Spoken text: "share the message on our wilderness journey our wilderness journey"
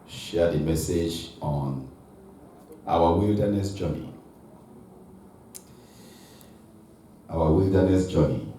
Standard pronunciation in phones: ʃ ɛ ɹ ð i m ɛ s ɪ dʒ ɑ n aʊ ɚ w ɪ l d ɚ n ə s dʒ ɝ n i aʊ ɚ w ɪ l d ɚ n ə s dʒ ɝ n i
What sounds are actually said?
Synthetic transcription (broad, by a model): ʃ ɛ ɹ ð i m ɛ s ɪ dʒ ɑ n aʊ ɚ w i l d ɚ n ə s dʒ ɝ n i aʊ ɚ w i l d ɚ n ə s dʒ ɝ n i